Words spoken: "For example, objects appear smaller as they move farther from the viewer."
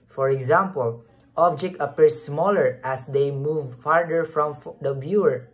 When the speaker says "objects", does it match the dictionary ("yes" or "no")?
no